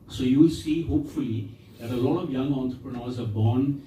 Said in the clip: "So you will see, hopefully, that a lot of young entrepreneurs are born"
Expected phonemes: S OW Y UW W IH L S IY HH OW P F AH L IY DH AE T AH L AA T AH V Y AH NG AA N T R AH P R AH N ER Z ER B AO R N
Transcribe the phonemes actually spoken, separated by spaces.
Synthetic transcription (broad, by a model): S OW Y UW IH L S IY HH OW P F AH L IY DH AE T AH L AA T AH V Y AH NG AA N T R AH P R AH N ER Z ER B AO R N